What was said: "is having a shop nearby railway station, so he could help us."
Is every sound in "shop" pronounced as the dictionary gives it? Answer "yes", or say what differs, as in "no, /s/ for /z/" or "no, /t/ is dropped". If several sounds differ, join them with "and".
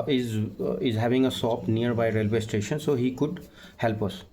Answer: no, /s/ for /ʃ/